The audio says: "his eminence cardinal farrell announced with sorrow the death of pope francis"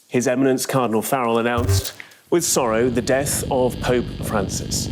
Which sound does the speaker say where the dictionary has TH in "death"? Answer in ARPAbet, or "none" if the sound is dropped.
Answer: TH